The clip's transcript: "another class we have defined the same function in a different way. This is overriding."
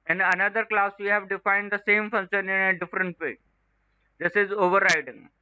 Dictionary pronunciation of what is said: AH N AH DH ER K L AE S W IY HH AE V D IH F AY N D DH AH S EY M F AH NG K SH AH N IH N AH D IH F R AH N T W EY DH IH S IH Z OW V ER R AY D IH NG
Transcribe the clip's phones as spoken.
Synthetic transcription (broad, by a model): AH N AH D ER K L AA S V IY HH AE V D IH F AY N D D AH S EY M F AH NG SH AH N IH N AH D IH F R AH N T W EY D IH S IH Z OW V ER R AY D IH NG